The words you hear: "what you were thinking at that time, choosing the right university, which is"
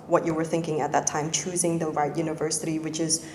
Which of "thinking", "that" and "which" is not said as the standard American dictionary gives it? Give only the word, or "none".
none